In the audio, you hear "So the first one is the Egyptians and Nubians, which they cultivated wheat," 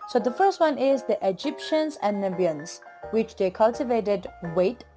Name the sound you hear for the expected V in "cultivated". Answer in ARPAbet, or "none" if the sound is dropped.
V